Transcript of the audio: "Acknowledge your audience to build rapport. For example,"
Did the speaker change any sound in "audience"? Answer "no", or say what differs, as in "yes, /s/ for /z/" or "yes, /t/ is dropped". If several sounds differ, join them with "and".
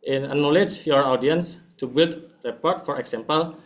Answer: no